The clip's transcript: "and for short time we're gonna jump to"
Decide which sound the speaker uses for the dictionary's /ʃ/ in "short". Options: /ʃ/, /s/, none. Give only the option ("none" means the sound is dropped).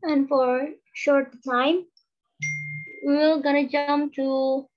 /ʃ/